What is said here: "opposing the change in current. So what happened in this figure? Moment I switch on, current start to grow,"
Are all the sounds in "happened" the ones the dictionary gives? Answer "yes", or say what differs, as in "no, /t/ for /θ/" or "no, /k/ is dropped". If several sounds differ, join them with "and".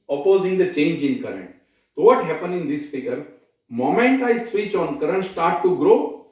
no, /d/ is dropped